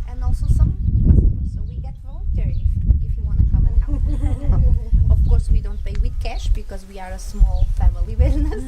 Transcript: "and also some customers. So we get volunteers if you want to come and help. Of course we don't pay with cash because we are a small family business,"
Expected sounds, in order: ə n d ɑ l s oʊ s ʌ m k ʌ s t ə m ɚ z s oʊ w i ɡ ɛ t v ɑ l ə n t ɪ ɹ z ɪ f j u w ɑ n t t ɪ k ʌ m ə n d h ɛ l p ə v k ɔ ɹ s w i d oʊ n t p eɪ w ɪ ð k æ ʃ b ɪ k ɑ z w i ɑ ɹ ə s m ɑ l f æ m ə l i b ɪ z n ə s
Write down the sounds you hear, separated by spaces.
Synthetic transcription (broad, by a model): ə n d ɑ l s oʊ s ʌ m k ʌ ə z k s oʊ w i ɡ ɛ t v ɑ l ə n t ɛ ɹ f ɪ f j u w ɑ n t t ɪ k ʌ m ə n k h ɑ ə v k ɔ ɹ s w i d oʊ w t p eɪ w ɪ ð k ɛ ʃ b ɪ k ɑ z w i ɑ ɹ ə s m ɑ l f æ m ə l i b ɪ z n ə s